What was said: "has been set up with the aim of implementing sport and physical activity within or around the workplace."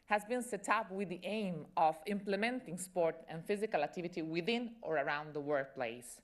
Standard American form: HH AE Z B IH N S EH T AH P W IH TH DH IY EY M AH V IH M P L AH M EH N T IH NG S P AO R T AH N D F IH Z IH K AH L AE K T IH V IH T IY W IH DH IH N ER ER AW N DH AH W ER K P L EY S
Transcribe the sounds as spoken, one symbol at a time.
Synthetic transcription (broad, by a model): HH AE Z B IH N S EH T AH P W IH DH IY EY M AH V IH M P L AH M EH N T IH NG S P AO R T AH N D F IH Z IH K AH L AE K T IH V IH T IY W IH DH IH N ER ER AW N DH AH W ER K P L EY S